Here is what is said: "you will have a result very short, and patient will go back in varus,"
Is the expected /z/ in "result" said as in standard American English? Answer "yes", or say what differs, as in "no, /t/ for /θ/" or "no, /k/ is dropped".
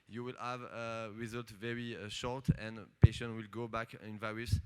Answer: yes